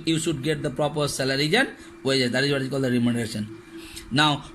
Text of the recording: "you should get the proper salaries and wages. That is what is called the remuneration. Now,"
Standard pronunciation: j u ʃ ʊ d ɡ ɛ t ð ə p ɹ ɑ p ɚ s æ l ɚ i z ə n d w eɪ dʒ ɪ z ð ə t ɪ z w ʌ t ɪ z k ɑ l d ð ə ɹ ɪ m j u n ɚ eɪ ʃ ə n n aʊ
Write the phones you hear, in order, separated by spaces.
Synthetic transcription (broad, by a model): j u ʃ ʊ d ɡ ɛ t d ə p ɹ ɑ p ɚ s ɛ l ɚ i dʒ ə n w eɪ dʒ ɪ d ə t ɪ z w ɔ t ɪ k ɑ l d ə ɹ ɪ m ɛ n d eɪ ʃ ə n n aʊ